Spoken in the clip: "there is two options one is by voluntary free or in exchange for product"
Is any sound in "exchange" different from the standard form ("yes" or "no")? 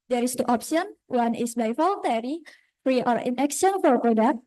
yes